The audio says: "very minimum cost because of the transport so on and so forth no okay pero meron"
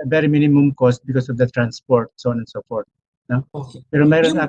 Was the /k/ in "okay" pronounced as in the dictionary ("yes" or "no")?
no